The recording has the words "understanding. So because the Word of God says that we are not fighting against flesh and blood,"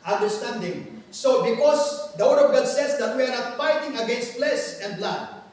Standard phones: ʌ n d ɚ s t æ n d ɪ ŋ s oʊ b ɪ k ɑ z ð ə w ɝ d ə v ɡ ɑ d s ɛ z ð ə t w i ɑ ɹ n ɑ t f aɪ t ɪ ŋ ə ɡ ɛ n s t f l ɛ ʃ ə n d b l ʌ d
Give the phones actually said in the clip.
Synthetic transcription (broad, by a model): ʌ n d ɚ s t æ n d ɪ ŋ s oʊ b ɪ k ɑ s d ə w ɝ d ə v ɡ ɑ d s ɛ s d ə t w i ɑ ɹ n ɑ t f aɪ t ɪ ŋ ə ɡ ɛ n s t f l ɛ s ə n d b l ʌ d